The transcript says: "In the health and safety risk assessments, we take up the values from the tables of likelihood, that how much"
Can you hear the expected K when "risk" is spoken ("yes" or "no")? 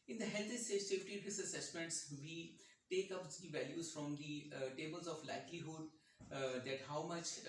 no